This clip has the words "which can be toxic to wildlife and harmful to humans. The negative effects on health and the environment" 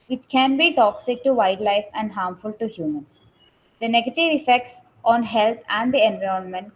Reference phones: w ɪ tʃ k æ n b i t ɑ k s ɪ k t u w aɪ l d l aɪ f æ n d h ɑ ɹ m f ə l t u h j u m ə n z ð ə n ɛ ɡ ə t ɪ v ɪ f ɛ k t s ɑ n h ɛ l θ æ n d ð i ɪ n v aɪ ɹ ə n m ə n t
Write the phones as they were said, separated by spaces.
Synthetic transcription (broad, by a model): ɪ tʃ k æ n b i t ɑ k s ɪ k t u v aɪ d l aɪ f æ n d h ɑ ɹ m f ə l t u h j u m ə n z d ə n ɛ ɡ ə t ɪ v ɪ f ɛ k t s ɑ n h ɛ l t æ n d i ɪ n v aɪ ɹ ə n m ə n t